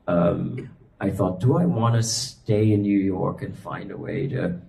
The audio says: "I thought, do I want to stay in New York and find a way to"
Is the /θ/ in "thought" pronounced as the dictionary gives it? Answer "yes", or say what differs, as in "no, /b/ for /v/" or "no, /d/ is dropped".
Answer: yes